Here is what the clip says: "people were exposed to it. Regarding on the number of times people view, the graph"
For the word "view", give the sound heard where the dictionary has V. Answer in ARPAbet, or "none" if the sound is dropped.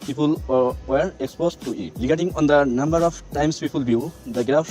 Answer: B